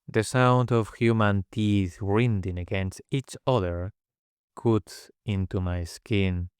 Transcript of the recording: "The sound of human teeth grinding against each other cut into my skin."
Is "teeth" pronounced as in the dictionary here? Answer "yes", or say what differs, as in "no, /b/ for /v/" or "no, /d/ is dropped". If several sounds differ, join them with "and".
yes